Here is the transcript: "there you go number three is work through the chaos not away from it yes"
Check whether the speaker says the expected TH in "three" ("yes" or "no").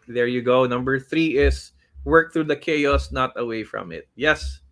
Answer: yes